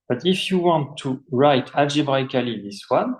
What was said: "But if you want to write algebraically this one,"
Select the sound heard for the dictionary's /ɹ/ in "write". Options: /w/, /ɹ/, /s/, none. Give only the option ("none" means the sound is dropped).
/ɹ/